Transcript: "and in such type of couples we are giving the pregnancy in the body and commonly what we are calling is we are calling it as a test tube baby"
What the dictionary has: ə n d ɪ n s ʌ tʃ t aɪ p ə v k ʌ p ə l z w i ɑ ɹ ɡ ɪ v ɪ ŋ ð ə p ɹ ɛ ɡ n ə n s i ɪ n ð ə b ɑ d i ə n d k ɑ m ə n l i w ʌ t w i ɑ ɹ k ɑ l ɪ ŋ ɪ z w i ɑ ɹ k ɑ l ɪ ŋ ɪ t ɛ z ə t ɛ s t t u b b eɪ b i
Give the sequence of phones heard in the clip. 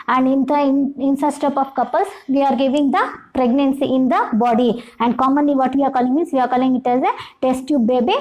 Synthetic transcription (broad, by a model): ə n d ɪ n s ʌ s t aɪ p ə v k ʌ p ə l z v i ɑ ɹ ɡ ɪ v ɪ ŋ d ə p ɹ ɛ ɡ n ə n s i ɪ n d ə b ɑ d i ə n d k ɑ m ə n l i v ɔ t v i ɑ ɹ k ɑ l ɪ ŋ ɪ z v i ɑ ɹ k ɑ l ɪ ŋ ɪ t ɛ z ə t ɛ s t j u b b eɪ b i